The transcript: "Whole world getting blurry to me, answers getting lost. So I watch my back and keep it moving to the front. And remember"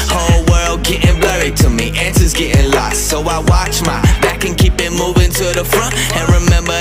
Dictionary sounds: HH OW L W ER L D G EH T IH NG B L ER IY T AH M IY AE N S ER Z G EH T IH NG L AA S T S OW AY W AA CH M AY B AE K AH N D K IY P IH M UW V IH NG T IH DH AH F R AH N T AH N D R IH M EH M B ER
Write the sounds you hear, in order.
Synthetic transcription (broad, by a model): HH OW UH W ER L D G EH T IH NG B L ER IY T AH M IY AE N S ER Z G EH T IH NG L AA S T S OW AY W AA CH M AY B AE K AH N K IY P IH M UW V IH NG T IH DH AH F R AH N T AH N R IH M EH M B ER